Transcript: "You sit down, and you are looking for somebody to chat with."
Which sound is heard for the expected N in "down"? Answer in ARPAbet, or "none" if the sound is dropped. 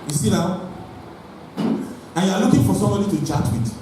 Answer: none